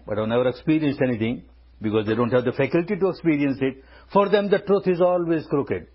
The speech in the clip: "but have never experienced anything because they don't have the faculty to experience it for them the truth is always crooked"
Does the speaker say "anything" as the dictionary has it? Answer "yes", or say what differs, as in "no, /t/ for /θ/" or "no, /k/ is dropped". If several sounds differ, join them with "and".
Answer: no, /t/ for /θ/